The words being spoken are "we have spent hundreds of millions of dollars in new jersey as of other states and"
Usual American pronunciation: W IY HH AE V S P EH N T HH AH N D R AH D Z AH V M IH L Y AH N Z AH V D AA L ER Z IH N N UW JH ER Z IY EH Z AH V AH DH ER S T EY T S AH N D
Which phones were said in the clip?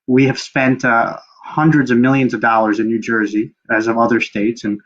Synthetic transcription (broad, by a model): W IY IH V S P EH N T HH AH N D R AH D Z AH V M IH L Y AH N Z AH V D AA L ER Z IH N N UW JH ER Z IY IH Z AH V AH DH ER S T EY T S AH N